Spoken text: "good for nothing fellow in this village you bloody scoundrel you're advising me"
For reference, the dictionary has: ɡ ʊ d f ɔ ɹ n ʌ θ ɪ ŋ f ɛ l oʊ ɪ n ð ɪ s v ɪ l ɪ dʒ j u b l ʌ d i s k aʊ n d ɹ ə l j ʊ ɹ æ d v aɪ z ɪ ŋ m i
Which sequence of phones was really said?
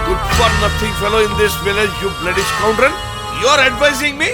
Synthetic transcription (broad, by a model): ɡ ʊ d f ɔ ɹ n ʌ t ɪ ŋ f ɛ l oʊ ɪ n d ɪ s v ɪ l ɪ dʒ j u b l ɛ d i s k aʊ n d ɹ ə n j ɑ ɹ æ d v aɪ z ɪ ŋ m i